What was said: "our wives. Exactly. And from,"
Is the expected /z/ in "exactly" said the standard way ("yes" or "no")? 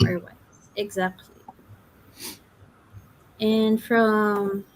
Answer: yes